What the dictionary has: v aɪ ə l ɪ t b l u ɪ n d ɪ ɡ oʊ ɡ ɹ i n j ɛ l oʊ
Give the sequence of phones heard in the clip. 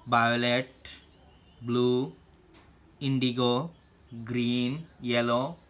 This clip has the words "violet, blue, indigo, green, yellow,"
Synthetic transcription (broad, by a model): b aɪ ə l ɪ t b l u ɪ n d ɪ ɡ oʊ ɡ ɹ i n j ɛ l oʊ